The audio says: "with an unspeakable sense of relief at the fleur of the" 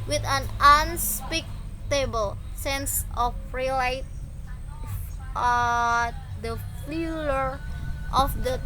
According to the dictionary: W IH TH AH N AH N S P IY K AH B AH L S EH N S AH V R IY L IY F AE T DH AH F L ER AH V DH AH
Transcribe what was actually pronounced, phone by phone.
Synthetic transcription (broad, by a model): W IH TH AH N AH N S P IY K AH B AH L S EH N S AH F R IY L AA IH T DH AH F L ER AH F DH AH